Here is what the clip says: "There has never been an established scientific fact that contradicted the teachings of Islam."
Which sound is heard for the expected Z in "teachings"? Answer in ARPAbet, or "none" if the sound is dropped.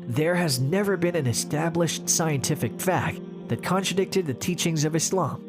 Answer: Z